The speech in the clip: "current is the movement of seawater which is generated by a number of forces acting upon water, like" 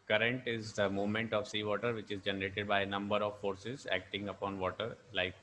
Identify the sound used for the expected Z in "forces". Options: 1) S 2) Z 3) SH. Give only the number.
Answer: 2